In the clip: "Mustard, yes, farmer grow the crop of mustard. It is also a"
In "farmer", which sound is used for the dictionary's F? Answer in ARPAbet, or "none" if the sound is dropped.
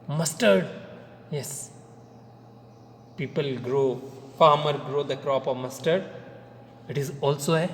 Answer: P